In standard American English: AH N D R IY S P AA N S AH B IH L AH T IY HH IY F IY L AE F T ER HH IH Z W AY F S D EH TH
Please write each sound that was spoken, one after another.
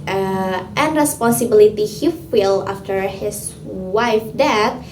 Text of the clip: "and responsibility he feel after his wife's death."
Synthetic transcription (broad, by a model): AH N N R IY S P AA N S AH B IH L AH T IY HH IY F IY L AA F T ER HH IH S W AY F D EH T